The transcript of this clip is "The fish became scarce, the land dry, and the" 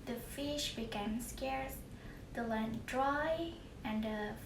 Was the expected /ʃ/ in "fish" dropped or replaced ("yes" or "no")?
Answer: no